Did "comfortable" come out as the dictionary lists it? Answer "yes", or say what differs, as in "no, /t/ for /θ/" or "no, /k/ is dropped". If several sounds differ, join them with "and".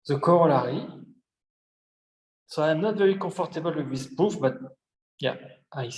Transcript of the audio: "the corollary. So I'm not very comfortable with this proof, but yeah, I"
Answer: no, /m/ is dropped